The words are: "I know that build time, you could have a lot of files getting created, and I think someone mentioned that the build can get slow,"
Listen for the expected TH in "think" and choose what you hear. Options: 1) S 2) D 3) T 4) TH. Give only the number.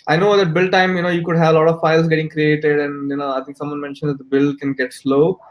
3